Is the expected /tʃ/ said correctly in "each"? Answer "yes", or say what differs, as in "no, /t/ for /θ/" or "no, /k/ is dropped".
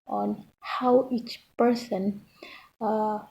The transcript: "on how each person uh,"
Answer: yes